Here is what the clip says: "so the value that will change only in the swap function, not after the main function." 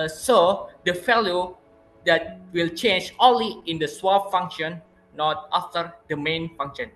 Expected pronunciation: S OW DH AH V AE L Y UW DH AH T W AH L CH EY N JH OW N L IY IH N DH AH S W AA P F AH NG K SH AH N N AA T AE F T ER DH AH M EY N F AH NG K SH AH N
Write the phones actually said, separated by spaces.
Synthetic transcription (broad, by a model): S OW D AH F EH L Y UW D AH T W AH L CH EY N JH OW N L IY IH N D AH S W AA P F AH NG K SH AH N N AA T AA F T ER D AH M EY N F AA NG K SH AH N